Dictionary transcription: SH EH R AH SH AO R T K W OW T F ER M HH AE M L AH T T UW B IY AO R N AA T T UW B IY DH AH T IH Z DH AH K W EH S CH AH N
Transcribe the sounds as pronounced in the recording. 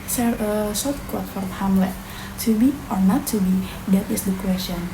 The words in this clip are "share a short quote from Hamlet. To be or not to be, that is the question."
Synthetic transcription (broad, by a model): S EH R AH S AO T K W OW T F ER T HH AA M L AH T T UW B IY AO R N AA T T UW B IY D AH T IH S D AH K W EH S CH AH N